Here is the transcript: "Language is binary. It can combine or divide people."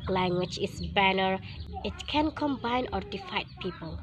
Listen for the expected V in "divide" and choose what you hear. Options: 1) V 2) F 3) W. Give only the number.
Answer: 2